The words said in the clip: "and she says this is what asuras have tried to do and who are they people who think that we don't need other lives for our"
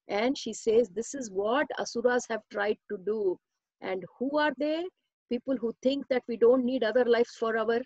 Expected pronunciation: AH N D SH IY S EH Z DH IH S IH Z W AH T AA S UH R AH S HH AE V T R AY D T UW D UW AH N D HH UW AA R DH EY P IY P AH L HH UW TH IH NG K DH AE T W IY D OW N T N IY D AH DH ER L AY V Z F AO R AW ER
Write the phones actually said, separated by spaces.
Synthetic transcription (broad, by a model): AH N D SH IY S EH Z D IH S IH Z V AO T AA S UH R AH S HH AE V T R AY D T UW D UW AH N D HH UW AA R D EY P IY P AH L HH UW T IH NG K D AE T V IY D OW N T N IY D AH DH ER L AY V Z F AO R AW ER